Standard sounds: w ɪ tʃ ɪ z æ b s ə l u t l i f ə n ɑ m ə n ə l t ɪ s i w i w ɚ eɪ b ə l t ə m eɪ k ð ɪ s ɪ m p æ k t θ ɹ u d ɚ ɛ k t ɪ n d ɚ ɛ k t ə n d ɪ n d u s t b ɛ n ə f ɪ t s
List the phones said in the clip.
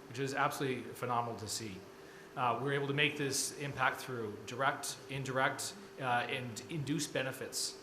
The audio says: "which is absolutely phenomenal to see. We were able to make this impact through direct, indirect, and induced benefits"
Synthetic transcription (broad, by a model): w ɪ tʃ ɪ z æ b s ə l u t l i f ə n ɑ m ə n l t ɪ s i w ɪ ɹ eɪ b l t ə m eɪ k ð ɪ s ɪ m p æ k t θ ɹ u d ɚ ɛ k t ɪ n d ɚ ɛ k t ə n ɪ n d u s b ɛ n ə f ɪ t s